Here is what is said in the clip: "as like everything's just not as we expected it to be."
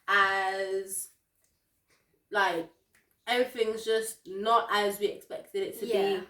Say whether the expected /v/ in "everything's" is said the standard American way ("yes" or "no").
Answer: no